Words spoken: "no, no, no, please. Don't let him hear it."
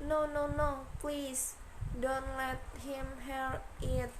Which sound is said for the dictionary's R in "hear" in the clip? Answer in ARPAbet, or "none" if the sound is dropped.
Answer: L